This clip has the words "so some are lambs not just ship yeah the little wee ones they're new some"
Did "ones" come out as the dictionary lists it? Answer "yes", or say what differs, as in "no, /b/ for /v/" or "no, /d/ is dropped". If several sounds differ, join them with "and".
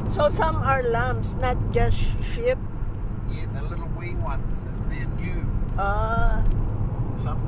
no, /s/ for /z/